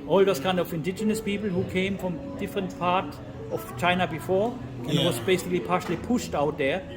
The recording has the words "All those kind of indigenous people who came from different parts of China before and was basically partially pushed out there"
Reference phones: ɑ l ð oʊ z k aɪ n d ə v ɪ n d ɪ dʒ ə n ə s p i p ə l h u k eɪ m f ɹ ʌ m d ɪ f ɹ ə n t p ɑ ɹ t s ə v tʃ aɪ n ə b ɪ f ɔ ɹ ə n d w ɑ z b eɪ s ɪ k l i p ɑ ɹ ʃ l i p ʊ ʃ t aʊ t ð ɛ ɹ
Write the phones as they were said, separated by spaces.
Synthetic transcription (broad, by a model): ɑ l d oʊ s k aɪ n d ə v ɪ n d ɪ dʒ ə n ə s p i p l h u k eɪ m f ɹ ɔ m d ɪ f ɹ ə n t p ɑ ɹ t ə f tʃ aɪ n ə b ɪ f ɔ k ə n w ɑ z b eɪ s ɪ k l i p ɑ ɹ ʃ l i p ʊ ʃ t aʊ t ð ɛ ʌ